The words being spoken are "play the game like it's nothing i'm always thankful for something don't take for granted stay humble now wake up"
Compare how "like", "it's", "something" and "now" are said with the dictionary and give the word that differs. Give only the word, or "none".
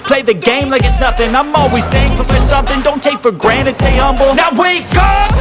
none